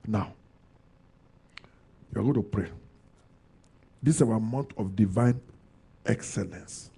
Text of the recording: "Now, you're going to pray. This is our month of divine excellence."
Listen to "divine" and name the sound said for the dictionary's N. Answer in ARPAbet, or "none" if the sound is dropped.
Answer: N